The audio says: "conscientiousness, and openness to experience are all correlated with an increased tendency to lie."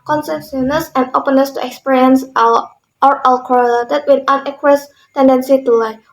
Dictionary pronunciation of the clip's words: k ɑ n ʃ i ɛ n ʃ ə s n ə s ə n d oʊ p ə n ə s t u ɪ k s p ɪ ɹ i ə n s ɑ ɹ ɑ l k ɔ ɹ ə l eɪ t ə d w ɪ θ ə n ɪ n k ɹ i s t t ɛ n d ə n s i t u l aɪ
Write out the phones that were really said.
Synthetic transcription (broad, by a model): k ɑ n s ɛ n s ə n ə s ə n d oʊ p ə n ə s t u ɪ k s p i ɹ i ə n s ɑ ɹ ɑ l k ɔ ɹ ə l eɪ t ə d w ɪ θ ə n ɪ k i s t t ɛ n d ə n s i t u l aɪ